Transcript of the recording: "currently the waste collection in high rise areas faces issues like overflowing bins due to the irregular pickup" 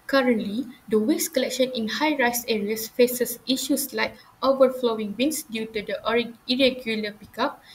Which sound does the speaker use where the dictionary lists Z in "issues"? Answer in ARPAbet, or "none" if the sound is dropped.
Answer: S